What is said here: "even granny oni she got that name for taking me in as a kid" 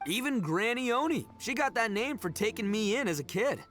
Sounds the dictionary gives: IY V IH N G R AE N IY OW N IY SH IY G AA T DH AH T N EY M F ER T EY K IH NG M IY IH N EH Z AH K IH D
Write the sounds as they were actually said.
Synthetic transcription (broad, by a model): IY V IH N G R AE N IY OW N IY SH IY G AA T DH AH T N EY M F ER T EY K IH NG M IY IH N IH Z AH K IH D